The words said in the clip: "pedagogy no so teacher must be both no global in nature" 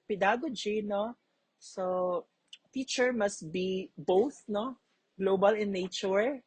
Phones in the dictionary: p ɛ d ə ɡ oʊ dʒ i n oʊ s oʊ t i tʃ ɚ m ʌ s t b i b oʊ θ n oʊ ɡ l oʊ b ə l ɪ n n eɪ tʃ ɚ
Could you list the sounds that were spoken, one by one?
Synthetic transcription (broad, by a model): p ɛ d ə ɡ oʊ dʒ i n oʊ s oʊ t i tʃ ɚ m ʌ s t b i b oʊ θ n oʊ ɡ l oʊ b ə l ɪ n n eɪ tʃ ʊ